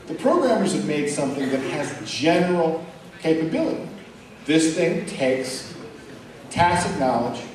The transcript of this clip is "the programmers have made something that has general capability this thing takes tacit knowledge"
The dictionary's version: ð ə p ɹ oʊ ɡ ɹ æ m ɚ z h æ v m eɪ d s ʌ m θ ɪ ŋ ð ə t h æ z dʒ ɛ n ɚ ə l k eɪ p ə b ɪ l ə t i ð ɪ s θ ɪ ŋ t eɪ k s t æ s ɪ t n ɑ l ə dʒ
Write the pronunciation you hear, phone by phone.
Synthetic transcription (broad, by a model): ð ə p ɹ oʊ ɡ ɹ æ m ɚ z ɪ v m eɪ d s ʌ m θ ɪ ŋ ð ə t h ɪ z dʒ ɛ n ɚ l k eɪ p ə b ɪ l ə t i ð ɪ s θ ɪ ŋ t eɪ k s t æ s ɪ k n ɑ l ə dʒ